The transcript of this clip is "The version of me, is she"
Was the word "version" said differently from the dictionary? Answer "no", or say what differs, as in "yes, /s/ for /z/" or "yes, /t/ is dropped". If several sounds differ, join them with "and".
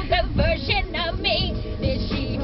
yes, /ʃ/ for /ʒ/